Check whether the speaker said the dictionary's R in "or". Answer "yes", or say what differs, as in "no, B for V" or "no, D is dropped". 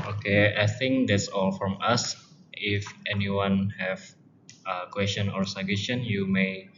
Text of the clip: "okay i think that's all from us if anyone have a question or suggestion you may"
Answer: yes